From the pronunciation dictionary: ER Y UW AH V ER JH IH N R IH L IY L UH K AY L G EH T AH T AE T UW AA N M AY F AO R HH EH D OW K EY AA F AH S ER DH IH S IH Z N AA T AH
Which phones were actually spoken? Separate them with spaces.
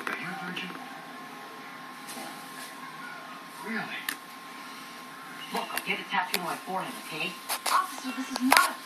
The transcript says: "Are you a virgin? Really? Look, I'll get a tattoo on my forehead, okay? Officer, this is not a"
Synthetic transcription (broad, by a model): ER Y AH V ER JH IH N R IH L IY L UH K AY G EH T AH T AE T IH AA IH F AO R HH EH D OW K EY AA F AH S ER DH IH S IH Z N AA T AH